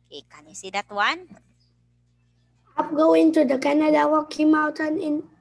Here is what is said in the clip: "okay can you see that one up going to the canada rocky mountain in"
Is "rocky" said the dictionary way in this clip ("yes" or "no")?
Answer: no